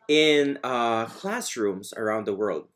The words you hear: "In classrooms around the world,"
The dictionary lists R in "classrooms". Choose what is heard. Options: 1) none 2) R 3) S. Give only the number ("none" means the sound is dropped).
2